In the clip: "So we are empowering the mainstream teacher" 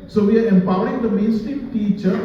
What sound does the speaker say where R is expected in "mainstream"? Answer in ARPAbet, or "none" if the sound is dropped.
none